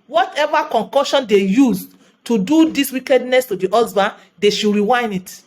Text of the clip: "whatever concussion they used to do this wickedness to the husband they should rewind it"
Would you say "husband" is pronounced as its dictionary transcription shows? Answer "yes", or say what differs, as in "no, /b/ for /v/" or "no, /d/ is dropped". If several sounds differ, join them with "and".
no, /n/ is dropped